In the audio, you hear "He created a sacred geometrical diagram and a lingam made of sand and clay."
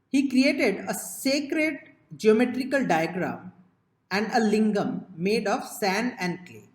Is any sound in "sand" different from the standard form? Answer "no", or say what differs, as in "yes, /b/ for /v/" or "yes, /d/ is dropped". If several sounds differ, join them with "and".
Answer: yes, /d/ is dropped